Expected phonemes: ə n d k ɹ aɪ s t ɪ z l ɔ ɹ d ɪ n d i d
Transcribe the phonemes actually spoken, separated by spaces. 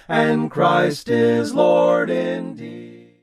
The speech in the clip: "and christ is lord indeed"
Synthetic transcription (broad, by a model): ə n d k ɹ aɪ s t ɪ z l ɔ ɹ d ɪ n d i